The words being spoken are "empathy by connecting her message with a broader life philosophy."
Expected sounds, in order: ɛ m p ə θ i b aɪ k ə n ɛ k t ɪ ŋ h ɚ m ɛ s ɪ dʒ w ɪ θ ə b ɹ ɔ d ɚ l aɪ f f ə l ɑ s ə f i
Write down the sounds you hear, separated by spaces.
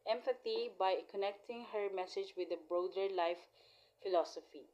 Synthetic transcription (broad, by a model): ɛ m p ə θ i b aɪ k ə n ɛ k t ɪ ŋ h ɚ m ɛ s ɪ dʒ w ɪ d ə b ɹ ɔ d ɚ l aɪ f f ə l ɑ s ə f i